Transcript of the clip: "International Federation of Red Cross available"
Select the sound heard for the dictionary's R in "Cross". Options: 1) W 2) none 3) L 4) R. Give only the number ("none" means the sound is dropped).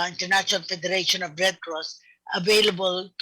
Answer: 4